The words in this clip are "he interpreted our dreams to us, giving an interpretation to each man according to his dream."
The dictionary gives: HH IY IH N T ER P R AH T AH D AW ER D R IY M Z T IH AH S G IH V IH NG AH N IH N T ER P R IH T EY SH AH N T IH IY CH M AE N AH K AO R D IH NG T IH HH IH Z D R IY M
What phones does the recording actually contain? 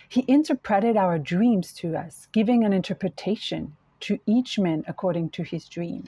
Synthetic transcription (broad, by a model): HH IY IH N T ER P R AH T AH D AW ER D R IY M Z T IH AH S G IH V IH NG AH N IH N T ER P R IH T EY SH AH N T IH IY CH M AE N AH K AO R D IH NG T IH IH Z D R IY M